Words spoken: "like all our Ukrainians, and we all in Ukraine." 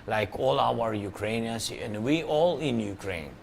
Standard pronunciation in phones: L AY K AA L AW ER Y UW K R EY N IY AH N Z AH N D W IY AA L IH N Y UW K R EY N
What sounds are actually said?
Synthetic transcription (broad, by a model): L AY K AA L AW ER Y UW K R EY N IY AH N S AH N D W IY AA L IH N Y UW K R EY N